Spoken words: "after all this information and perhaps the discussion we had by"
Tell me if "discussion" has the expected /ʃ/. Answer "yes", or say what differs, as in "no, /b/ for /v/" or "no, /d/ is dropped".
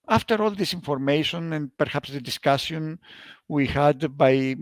no, /s/ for /ʃ/